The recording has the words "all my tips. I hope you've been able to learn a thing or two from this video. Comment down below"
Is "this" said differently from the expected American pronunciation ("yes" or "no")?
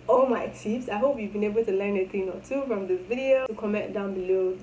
yes